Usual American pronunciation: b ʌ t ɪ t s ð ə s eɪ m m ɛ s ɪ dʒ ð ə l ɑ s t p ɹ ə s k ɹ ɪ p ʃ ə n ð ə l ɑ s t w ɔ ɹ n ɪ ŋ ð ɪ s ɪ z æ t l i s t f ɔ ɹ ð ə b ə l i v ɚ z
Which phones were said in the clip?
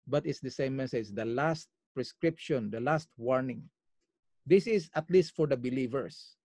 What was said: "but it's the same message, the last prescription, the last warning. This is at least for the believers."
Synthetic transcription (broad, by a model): b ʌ t ɪ t s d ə s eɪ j m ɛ s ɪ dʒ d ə l ɑ s t p ɹ ə s k ɹ ɪ p ʃ ə n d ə l ɑ s t w ɔ ɹ n ɪ ŋ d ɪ s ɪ s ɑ t l i s t f ɔ ɹ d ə b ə l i v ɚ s